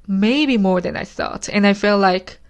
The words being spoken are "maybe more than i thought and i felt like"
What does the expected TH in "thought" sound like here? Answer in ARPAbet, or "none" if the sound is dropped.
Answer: TH